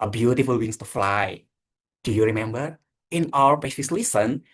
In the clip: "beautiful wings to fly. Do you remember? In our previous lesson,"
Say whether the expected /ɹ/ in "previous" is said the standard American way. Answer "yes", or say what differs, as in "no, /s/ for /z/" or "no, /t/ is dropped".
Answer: no, /ɹ/ is dropped